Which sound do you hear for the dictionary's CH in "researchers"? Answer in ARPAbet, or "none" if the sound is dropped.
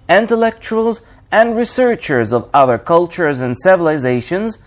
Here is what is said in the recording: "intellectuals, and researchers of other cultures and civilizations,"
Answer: CH